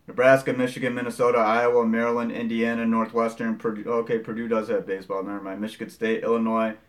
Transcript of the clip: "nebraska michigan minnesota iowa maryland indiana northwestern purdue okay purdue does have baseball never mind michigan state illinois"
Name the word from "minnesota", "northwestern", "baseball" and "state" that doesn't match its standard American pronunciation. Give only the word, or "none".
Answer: none